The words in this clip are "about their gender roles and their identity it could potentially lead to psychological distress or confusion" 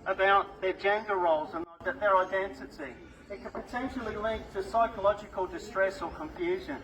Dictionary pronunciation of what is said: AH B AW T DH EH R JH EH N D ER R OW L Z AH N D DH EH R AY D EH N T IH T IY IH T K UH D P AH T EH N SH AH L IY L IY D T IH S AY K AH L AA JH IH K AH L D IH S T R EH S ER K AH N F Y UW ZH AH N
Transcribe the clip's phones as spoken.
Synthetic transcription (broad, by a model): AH B AW T DH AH R JH EH N D ER R OW L Z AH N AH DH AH R AY D EH N T IH T IY IH T K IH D P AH T EH N SH L IY L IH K T IH S AY K AH L AA JH IH K AH L D IH S T R EH S ER K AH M F Y UW ZH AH N